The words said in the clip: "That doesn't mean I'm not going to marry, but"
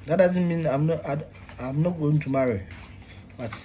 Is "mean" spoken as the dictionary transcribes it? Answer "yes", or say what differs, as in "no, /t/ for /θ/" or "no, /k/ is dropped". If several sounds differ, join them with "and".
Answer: yes